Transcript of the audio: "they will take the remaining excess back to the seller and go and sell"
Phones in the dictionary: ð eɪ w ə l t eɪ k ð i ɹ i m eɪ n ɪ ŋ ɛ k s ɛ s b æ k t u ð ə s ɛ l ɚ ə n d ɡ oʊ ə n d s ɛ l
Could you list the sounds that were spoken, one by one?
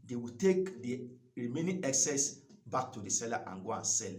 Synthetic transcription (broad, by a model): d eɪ w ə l t eɪ k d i ɹ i m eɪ n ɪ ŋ ɛ k s ɛ s b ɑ k t u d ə s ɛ l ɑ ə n ɡ oʊ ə n s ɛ l